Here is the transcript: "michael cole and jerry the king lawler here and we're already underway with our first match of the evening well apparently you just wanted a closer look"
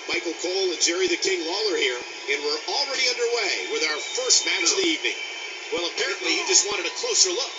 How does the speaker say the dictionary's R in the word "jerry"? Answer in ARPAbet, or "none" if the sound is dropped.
R